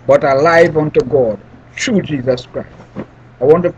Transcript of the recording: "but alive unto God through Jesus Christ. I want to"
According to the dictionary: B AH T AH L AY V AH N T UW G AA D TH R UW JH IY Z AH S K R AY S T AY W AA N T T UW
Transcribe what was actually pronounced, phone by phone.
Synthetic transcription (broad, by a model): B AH T AH L AY V AH N T UW G AA D T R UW JH IY Z AH S K R AY S T AY W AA N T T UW